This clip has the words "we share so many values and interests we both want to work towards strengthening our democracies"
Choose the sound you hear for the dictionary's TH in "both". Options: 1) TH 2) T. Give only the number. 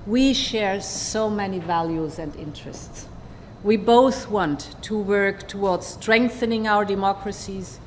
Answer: 1